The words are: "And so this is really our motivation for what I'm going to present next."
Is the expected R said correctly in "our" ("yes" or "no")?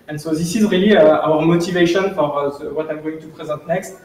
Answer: yes